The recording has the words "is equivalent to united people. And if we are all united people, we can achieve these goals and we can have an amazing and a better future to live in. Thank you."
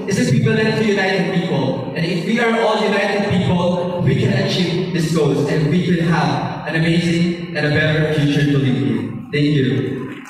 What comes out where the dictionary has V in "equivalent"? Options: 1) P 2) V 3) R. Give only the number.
1